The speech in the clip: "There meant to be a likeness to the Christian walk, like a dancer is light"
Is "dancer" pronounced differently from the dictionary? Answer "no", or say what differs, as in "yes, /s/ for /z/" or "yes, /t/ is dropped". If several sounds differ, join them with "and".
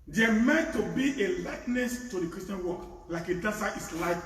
yes, /n/ is dropped